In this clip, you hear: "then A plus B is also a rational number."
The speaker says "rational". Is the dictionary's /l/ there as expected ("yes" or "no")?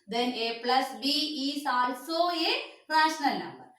yes